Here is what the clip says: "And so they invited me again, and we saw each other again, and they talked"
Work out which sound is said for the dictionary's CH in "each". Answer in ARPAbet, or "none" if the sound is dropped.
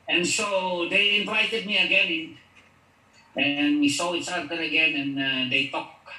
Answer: S